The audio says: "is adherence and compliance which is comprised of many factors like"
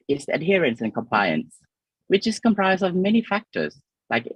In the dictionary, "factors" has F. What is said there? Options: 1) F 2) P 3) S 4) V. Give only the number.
1